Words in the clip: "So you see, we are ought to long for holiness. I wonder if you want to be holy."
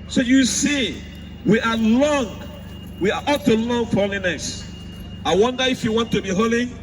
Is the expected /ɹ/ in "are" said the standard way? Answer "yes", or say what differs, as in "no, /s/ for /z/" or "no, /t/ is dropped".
no, /w/ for /ɹ/